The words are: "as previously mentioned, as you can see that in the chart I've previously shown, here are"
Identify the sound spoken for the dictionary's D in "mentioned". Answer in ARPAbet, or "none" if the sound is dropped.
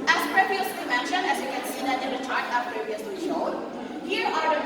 none